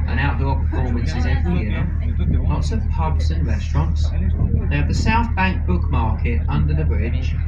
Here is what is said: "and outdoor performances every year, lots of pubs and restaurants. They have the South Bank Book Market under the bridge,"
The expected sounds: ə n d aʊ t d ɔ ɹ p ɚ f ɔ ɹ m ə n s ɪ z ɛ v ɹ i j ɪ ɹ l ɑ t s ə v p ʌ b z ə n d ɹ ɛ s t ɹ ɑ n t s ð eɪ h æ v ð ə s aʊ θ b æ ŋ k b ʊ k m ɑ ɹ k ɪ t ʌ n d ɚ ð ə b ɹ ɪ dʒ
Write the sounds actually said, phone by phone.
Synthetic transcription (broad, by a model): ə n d aʊ t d ɔ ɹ p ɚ f ɔ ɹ m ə n s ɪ z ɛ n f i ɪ l ɑ t s ə v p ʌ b s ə n ɹ ɛ s t ɹ ɑ n t s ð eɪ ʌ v ð ə s aʊ θ b æ ŋ k b ʊ k m ɑ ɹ k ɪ t ʌ n d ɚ ð ə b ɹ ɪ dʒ